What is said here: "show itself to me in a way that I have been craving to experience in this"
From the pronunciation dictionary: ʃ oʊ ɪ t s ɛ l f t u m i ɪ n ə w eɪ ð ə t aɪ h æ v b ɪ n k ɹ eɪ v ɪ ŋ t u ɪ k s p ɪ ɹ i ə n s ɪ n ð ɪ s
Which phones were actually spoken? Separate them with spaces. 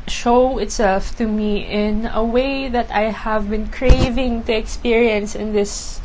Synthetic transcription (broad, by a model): ʃ oʊ ɪ t s ɛ l f t u m i ɪ n ə w eɪ ð ə t aɪ h æ v b ɪ n k ɹ eɪ v ɪ ŋ t u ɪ k s p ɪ ɹ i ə n s ɪ n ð ɪ s